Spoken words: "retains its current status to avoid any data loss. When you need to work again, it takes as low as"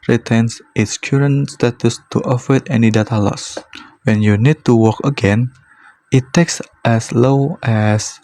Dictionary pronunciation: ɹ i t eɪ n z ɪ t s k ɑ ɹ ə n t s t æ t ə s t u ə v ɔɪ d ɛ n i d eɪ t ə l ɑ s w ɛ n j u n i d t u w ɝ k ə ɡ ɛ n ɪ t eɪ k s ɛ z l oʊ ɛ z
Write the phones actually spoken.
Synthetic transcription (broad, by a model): ɹ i t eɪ n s ɪ t s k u ɹ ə n s t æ t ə s t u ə f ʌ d ɛ n i d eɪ t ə l ɑ s w ɛ n j u n i d t u w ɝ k ə ɡ ɛ n ɪ t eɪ k s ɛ s l oʊ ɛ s